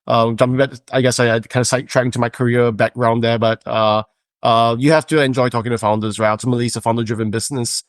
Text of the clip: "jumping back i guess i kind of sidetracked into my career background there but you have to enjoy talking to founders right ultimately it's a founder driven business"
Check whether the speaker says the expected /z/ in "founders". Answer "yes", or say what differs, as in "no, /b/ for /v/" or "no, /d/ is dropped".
yes